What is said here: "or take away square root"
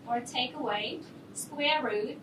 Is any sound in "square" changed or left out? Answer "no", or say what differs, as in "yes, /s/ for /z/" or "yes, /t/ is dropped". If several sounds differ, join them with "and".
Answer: no